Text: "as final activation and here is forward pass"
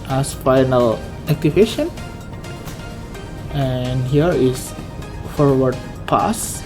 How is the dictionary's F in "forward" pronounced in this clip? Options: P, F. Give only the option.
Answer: F